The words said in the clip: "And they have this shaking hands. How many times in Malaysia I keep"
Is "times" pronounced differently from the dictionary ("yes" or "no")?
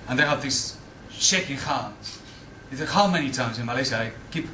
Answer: no